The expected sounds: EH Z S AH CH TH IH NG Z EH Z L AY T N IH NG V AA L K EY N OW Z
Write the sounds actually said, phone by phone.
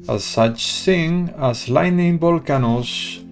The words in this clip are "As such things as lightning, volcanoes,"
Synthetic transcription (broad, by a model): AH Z S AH CH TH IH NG AH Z L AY N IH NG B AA L K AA N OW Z